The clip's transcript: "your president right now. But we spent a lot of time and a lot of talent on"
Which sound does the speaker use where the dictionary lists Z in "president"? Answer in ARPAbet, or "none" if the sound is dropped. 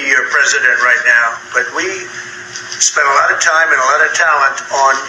Z